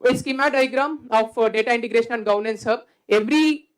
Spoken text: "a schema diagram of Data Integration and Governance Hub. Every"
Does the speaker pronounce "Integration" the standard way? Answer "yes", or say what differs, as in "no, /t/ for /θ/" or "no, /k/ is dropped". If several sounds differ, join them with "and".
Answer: yes